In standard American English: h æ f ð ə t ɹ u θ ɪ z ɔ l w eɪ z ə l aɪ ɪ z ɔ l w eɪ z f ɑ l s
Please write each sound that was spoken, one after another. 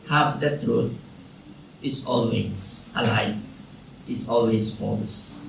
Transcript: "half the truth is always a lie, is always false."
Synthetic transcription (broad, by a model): h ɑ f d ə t ɹ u t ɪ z ɔ l w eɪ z ə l aɪ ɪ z ɔ l w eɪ s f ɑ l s